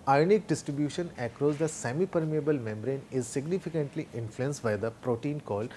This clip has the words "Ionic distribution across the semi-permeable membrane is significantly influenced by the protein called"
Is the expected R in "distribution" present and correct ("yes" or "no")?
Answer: yes